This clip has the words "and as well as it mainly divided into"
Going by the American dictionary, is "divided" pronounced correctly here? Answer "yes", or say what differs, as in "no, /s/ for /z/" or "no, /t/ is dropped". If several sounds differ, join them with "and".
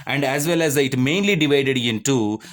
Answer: yes